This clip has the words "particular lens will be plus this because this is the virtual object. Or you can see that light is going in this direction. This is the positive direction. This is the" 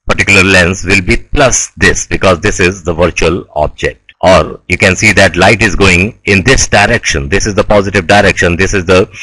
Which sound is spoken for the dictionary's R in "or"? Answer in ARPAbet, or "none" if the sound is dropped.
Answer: R